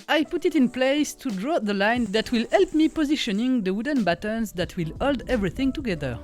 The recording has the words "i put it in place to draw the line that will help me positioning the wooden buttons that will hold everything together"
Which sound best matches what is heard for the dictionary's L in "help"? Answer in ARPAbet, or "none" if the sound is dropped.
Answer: L